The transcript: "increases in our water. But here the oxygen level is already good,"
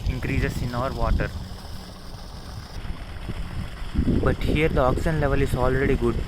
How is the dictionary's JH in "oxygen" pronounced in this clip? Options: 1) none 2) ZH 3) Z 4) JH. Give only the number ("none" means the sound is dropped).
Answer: 1